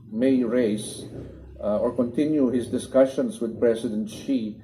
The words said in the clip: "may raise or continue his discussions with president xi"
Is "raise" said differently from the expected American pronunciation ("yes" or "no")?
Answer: yes